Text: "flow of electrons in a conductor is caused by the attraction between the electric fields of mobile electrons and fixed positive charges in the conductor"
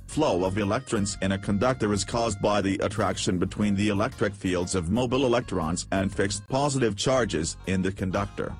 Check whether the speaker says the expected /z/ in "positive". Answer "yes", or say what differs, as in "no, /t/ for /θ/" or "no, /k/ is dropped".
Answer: yes